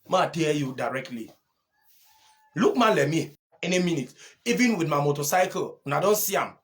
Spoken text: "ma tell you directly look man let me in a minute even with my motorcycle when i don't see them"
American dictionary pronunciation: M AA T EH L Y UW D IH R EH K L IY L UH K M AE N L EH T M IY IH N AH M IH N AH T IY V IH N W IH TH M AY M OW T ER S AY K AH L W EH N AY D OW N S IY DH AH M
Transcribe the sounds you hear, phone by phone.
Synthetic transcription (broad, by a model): M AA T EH Y UW D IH R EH K L IY L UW K M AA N L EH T M IY IH N AH M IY N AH T IY V IH N W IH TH M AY M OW T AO S AY K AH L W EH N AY D OW N S IY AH M